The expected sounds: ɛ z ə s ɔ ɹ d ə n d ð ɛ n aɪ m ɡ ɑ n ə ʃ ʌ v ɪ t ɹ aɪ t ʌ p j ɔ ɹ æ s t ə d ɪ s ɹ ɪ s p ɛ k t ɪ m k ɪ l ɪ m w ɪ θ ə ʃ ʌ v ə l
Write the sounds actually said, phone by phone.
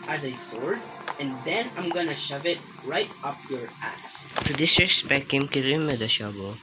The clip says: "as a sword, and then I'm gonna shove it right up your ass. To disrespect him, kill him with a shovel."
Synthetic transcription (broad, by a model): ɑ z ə s ɔ ɹ d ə n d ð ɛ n aɪ m ɡ ɑ n ə ʃ ʌ v ɪ t ɹ aɪ t ʌ p j ɔ ɹ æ s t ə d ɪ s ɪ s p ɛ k ɪ m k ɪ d ɪ m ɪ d ə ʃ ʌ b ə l